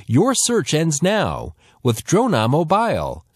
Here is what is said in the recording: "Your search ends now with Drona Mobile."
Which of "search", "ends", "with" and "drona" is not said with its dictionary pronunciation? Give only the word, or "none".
none